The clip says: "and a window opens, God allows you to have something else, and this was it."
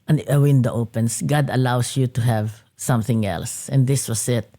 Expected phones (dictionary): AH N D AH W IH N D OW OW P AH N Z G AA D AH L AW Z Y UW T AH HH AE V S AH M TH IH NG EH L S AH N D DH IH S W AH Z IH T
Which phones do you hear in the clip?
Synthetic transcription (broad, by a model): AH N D AH W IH N D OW OW P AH N S G AA D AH L AW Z Y UW T AH HH AE V S AH M TH IH NG EH L S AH N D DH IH S W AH S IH T